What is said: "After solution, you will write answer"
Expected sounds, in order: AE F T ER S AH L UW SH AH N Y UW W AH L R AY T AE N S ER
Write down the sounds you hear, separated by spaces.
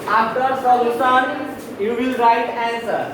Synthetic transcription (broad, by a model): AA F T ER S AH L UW S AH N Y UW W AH L R AY T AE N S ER